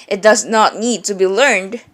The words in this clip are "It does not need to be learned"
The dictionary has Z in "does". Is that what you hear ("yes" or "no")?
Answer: yes